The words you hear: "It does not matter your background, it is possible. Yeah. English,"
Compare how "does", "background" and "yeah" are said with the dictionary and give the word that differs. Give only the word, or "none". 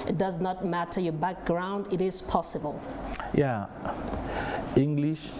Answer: none